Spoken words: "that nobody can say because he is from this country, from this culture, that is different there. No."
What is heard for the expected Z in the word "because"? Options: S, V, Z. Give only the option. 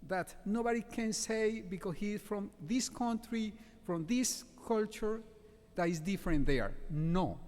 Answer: S